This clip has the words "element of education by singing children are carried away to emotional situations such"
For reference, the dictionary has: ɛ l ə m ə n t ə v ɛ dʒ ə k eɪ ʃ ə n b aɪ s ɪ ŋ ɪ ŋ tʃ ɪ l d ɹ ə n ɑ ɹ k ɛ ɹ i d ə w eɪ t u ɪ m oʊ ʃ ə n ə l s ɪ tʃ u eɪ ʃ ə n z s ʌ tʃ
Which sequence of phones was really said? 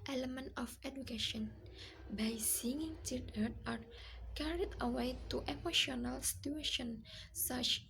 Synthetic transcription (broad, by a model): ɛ l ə m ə n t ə f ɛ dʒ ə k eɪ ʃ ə n b aɪ s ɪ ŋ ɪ ŋ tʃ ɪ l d ə ɑ ɹ k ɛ ɹ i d ə w eɪ t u ɪ m oʊ ʃ ə n ə l s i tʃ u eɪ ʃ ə n s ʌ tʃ